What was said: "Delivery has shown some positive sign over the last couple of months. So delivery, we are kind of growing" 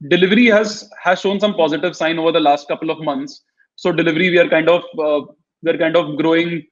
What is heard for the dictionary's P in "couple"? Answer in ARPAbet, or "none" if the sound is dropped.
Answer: P